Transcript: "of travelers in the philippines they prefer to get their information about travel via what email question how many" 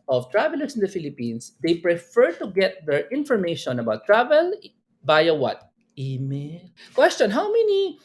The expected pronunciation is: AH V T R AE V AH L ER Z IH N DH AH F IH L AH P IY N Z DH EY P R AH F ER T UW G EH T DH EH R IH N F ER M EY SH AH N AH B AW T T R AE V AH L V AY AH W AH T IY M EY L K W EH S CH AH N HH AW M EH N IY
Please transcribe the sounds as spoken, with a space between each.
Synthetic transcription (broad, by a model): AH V T R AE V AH L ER S IH N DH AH F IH L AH P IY N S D EY P R AH F ER T UW G EH T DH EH R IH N F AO M EY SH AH N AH B AW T T R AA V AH L B AY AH W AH T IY M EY N K W EH S CH AH N HH AW M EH N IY